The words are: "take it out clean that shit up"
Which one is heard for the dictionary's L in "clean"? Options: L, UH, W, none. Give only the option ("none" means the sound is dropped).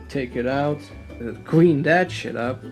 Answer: W